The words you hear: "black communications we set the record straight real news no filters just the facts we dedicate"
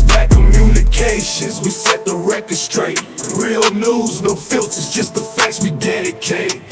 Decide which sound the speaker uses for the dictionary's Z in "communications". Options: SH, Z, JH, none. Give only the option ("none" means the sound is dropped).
Z